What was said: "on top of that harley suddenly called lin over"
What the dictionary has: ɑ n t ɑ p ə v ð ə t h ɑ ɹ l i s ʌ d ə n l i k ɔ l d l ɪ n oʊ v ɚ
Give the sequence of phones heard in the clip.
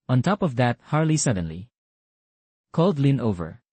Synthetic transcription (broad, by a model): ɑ n t ɑ p ə v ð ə t h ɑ ɹ l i s ʌ d ə n l i k ɔ l d l ɪ n oʊ v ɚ